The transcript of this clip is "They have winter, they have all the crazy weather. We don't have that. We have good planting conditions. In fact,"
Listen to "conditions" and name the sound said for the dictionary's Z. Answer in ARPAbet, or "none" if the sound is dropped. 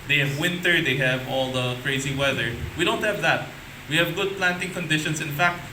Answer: S